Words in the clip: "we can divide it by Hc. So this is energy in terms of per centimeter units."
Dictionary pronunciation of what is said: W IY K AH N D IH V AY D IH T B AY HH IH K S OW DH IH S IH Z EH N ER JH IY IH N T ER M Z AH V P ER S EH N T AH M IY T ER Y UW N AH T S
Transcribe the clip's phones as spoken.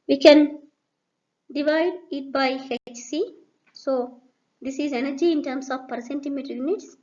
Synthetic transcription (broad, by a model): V IY K AH N D IH V AY D IH T B AY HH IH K S OW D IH S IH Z EH N ER JH IY IH N T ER M S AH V P ER S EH N T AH M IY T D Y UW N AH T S